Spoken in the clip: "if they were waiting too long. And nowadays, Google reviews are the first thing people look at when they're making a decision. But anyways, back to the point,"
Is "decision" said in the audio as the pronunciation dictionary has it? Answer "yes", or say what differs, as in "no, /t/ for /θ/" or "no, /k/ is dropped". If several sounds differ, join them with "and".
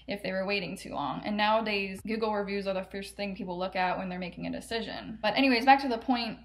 yes